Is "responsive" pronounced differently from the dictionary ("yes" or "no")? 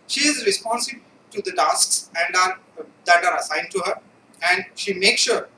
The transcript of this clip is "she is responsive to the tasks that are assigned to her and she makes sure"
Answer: yes